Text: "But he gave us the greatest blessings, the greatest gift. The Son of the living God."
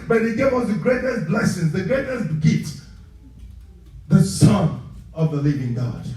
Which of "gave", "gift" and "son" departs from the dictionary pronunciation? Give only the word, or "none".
gift